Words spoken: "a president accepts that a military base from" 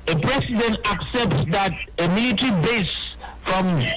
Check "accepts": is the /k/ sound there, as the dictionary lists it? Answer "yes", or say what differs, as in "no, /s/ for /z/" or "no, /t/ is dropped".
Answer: yes